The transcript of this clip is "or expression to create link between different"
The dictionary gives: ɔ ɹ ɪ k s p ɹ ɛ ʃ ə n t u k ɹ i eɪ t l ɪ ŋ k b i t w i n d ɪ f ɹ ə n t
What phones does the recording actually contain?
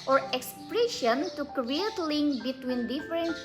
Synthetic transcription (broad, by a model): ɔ ɹ ɪ k s p ɹ ɛ ʃ ə n t u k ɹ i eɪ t l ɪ ŋ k b i t w i n d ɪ f ɹ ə n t